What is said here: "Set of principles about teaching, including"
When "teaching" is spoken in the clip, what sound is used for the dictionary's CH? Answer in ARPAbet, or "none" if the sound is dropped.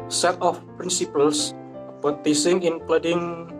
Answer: S